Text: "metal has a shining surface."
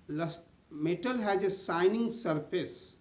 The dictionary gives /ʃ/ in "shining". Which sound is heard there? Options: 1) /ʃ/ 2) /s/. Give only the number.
2